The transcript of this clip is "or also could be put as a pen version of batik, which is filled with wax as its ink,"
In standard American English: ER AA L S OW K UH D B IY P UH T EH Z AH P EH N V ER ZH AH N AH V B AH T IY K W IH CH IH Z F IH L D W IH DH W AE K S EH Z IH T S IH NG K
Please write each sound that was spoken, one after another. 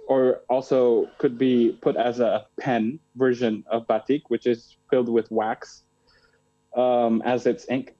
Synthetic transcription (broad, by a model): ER AA L S OW K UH D B IY P UH T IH Z AH P EH N V ER ZH AH N AH V B AH T IY K W IH CH IH Z F IH L D W IH DH W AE K S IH Z IH T S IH NG K